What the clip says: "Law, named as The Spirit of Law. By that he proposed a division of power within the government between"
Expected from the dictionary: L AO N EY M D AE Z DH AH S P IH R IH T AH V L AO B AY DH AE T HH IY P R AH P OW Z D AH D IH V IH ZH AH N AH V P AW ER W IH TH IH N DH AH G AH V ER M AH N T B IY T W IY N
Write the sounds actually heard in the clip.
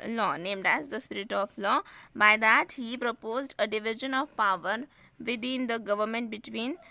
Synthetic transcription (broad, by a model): L AO N EY M D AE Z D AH S P IH R IH T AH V L AO B AY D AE T HH IY P R AH P OW Z D AH D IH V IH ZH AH N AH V P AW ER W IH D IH N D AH G AH V ER M AH N T B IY T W IY N